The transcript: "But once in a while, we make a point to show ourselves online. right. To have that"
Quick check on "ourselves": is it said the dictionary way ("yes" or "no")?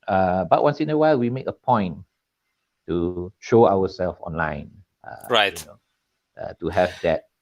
no